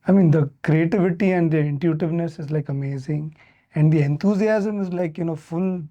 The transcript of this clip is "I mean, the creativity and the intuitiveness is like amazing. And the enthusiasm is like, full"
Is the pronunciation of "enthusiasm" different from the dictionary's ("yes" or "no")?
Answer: yes